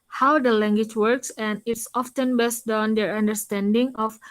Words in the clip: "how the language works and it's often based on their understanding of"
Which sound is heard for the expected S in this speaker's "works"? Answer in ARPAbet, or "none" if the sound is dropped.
S